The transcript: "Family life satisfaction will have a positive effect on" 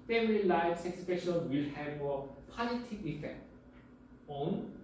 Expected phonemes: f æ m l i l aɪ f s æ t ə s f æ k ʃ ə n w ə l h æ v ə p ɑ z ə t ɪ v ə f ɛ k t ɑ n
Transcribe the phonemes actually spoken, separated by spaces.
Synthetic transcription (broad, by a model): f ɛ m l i l aɪ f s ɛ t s p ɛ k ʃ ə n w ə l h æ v ə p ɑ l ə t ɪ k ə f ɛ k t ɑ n